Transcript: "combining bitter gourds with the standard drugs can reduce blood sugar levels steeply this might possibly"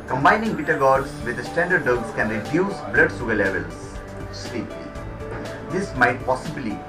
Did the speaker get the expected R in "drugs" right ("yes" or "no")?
no